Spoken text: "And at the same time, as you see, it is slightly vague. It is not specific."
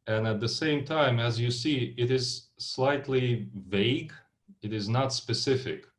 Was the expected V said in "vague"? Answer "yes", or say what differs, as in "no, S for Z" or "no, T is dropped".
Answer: yes